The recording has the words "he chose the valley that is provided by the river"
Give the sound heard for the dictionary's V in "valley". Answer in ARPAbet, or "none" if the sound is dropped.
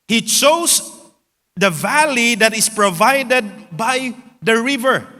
V